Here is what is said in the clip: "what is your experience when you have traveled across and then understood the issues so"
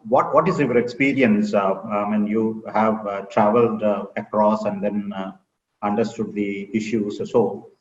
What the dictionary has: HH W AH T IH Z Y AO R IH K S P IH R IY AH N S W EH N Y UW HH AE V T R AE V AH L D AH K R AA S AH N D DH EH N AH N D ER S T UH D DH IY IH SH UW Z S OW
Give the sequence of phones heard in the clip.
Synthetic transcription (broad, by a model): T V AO T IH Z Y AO R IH K S P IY R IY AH N S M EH N Y UW HH AE V T R AE V AH L D AH K R AA S AH N D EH N AH N D ER S T UH D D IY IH SH UW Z S OW